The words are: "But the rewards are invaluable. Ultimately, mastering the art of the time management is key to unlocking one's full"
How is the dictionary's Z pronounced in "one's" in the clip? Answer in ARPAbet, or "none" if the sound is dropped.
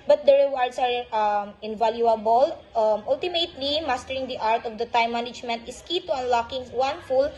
none